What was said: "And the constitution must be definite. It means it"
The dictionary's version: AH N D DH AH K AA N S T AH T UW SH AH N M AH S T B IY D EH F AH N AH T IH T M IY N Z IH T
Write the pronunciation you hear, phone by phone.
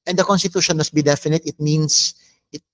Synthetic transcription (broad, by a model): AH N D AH K AA N S T AH T UW SH AH N M AH S T B IY D EH F AH N AH T IH T M IY N S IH T